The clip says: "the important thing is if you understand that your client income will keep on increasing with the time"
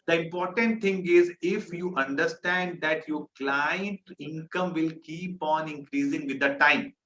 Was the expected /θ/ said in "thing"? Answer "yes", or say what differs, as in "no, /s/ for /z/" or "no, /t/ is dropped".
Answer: no, /t/ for /θ/